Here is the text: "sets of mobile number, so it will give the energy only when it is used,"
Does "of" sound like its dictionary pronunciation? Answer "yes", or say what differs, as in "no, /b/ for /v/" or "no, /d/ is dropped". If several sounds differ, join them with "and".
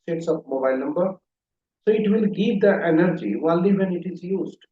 no, /p/ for /v/